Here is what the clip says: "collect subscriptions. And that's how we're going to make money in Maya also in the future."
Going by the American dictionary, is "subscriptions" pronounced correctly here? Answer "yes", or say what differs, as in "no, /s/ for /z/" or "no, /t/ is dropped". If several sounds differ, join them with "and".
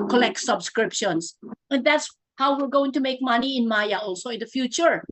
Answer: no, /s/ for /z/